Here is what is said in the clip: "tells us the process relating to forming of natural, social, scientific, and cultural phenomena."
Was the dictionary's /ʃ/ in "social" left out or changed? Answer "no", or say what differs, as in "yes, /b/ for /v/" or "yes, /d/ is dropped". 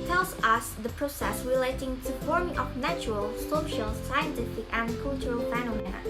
no